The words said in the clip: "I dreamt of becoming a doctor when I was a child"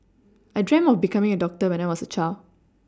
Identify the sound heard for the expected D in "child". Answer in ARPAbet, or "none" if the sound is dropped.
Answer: none